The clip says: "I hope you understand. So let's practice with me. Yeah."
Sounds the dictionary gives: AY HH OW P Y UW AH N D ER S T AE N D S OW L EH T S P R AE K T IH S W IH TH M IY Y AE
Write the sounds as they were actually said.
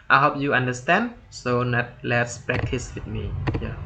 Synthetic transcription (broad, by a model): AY HH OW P Y UW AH N D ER S T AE N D S OW L EH T S P R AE K T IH S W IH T M IY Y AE